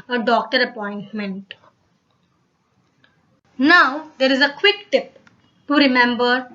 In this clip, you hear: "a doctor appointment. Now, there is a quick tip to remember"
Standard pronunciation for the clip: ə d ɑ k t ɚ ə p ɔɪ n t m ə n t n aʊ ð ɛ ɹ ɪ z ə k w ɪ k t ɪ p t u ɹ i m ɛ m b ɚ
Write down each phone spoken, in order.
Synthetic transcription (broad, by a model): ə d ɑ k t ɚ ə p ɔɪ n t m ə n t n aʊ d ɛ ɹ ɪ z ə k w ɪ k t ɪ p t u ɹ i m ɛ m b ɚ